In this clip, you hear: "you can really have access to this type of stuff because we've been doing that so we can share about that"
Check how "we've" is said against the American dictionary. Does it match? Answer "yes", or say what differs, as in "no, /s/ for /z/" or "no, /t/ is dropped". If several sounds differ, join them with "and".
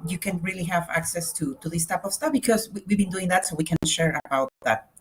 no, /w/ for /v/